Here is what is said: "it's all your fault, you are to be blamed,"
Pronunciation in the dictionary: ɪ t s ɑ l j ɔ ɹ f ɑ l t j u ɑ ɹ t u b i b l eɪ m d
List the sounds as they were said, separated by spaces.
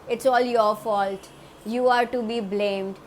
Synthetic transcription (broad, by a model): ɪ t s ɑ l j ɔ ɹ f ɑ l t j u ɑ ɹ t u b i b l eɪ m d